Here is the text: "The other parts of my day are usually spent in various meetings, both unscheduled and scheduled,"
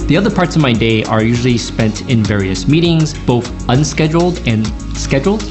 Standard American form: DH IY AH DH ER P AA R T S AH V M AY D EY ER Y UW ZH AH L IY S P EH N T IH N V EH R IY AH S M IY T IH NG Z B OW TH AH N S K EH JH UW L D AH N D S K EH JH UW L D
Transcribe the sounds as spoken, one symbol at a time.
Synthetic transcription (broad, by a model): DH IY AH DH ER P AA R T S AH V M AY D EY ER Y UW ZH L IY S P EH N T IH N V EH R IY AH S M IY T IH NG Z B OW TH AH N S K EH JH L D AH N S K EH JH L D